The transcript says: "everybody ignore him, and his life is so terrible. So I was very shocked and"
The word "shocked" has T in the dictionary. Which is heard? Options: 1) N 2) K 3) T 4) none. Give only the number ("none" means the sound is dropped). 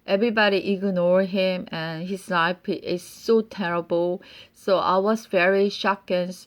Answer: 4